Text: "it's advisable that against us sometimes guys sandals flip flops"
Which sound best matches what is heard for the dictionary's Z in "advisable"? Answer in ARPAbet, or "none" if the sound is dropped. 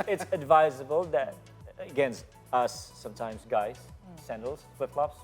Z